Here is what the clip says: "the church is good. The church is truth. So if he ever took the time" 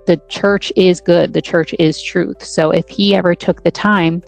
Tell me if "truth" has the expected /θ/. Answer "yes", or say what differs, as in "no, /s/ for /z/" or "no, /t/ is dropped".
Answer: yes